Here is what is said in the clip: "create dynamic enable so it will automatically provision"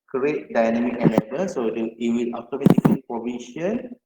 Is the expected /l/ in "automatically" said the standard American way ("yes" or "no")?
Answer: no